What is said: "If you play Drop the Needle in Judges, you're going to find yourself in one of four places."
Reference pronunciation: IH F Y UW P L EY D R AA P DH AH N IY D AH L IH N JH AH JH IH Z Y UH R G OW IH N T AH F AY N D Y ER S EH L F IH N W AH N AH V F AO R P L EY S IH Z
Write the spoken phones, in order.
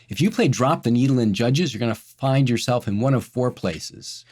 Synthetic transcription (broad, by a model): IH F Y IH P L EY D R AA P DH AH N IY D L IH N JH AH JH IH Z Y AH R G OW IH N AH F AY N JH Y ER S EH L F IH N W AH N AH V F AO R P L EY S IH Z